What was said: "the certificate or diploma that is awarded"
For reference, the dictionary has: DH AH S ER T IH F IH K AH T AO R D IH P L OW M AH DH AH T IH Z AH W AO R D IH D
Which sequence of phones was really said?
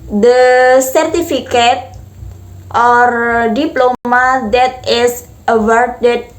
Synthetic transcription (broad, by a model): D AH S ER T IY F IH K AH T AO R D IH P L OW M AH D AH T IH S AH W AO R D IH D